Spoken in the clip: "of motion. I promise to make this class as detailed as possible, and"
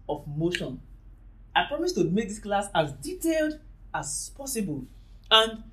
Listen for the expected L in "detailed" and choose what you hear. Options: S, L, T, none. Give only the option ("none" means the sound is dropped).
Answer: L